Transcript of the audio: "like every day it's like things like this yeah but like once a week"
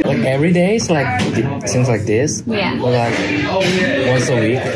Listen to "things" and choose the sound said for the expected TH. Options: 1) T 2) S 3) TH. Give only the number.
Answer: 2